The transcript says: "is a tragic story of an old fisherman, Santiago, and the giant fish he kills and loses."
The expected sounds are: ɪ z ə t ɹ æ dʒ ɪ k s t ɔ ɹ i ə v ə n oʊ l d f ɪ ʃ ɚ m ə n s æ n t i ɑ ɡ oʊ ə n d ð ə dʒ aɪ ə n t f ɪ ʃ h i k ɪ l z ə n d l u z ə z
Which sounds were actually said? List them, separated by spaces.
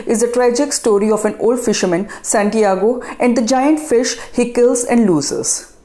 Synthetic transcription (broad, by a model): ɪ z ə t ɹ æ dʒ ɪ k s t ɔ ɹ i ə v ə n oʊ l d f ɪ ʃ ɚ m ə n s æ n t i ɑ ɡ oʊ ə n d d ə dʒ aɪ ə n t f ɪ ʃ h i k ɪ l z ə n d l u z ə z